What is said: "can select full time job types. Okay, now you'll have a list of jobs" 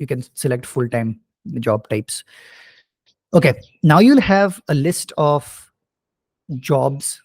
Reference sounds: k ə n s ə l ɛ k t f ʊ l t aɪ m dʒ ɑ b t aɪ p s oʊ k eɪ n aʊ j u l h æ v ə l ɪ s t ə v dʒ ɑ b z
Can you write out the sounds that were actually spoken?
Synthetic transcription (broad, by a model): k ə n s ə l ɛ k t f ʊ l t aɪ m dʒ ɑ b t aɪ p s oʊ k eɪ n aʊ j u l h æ v ə l ɪ s t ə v dʒ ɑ b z